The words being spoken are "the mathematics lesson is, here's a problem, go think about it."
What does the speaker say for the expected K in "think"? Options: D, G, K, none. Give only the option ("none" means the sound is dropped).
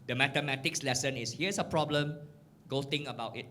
none